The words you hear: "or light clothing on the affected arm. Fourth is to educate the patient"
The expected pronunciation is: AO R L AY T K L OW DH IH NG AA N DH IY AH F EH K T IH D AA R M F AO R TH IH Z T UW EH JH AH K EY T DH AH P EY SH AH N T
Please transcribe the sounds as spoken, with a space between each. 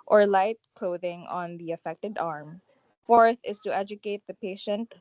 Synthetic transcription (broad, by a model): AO R L AY T K L OW DH IH NG AA N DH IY AH F EH K T IH D AA R M F AO R TH IH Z T UW EH JH AH K EY T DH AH P EY SH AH N T